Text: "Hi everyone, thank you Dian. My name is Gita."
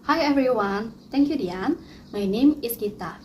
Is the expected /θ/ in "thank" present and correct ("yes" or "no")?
no